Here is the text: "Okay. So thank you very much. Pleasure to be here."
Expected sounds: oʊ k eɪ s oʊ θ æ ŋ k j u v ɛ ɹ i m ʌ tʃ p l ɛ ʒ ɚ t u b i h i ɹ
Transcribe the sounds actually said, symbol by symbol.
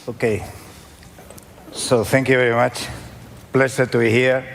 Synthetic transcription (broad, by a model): oʊ k eɪ s oʊ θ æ ŋ k j u v ɛ ɹ i m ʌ tʃ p l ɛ s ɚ t u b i h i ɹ